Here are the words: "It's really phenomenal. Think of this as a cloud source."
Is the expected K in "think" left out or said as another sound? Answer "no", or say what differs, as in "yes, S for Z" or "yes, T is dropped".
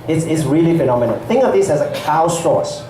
yes, K is dropped